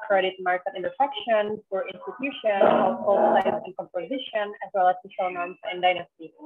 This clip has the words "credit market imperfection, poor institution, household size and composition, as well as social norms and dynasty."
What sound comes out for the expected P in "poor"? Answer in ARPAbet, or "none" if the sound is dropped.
F